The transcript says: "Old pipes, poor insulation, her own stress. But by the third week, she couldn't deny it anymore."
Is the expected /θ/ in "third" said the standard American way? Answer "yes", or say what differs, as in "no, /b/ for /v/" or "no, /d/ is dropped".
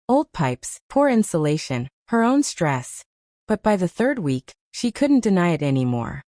yes